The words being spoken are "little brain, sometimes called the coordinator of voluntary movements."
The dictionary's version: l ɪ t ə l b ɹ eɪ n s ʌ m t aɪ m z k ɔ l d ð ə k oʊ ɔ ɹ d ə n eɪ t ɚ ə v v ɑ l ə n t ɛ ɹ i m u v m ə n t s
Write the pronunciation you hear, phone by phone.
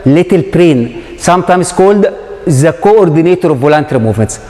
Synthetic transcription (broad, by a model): l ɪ t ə l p ɹ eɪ n s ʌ m t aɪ m s k ɔ l d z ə k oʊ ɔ ɹ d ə n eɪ t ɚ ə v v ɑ l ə n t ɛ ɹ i m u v m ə n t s